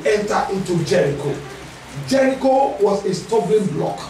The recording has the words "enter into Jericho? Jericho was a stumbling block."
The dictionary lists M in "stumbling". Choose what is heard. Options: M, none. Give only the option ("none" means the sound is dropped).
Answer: none